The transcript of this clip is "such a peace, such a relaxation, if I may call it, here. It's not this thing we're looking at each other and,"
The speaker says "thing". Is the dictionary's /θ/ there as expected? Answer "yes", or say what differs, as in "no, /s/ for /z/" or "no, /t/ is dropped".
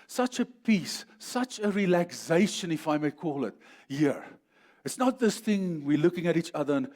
yes